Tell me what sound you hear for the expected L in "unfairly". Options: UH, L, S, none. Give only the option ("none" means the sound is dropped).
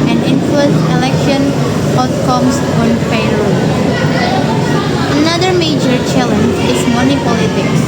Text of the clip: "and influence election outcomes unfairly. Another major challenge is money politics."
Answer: none